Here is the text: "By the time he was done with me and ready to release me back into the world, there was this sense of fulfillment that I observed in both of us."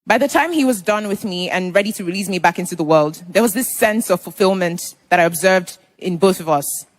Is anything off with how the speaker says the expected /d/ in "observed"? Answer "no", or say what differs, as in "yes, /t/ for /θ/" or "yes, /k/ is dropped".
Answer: no